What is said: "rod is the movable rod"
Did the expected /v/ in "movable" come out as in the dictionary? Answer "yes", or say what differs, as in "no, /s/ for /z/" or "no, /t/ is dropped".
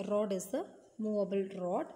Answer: no, /v/ is dropped